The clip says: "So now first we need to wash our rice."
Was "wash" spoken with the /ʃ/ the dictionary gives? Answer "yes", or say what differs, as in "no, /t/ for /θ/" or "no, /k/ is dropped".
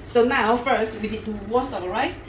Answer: no, /s/ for /ʃ/